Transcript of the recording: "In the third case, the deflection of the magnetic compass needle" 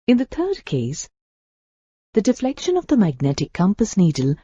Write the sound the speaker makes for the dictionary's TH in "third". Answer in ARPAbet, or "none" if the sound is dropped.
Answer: T